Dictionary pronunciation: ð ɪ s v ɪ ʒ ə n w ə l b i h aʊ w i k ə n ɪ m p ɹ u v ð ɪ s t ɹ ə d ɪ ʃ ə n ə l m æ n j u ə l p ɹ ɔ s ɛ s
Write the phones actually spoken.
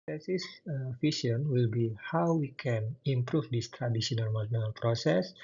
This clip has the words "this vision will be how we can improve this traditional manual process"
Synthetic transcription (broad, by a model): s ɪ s f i ʃ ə n w ə l b i h aʊ w i k ə n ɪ m p ɹ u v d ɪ s t ɹ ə d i s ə n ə l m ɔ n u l p ɹ ɔ s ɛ s